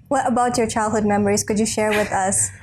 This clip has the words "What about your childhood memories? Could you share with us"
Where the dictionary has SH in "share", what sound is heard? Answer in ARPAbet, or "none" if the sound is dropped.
SH